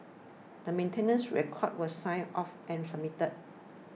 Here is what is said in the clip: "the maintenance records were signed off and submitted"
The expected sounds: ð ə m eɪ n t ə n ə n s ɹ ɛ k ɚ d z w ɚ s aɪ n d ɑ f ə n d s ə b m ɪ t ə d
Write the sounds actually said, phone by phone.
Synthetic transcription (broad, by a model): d ə m eɪ n t ə n ə n s ɹ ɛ k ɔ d w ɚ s aɪ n ɑ f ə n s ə m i t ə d